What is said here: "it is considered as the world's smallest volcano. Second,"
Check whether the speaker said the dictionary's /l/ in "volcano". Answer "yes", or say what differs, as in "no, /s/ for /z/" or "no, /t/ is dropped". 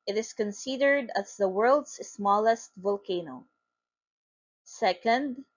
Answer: yes